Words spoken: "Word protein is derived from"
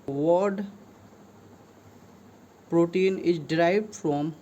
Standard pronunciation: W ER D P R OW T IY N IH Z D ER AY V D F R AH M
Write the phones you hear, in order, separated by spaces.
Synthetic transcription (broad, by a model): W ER D P R OW T IY N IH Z D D AY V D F R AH M